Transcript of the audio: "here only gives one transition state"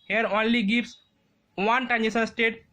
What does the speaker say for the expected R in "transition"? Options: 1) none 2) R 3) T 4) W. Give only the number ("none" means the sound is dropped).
1